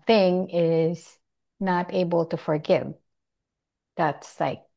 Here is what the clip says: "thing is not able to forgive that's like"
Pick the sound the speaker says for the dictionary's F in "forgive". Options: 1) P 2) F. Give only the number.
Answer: 2